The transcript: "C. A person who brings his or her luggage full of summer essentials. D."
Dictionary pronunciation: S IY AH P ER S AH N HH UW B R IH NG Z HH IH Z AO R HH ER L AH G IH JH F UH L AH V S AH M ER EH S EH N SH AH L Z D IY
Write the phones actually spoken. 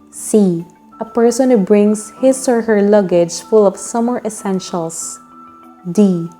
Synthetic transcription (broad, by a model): S IY AH P ER S AH N HH UW B R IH NG S HH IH S AO R HH ER L AH G IH JH F UH L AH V S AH M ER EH S EH N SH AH L S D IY